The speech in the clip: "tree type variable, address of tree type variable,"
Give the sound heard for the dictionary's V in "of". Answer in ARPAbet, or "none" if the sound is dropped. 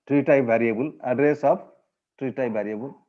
P